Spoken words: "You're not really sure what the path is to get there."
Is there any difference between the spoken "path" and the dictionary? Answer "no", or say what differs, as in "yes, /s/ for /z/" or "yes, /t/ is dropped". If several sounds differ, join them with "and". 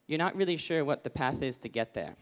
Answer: no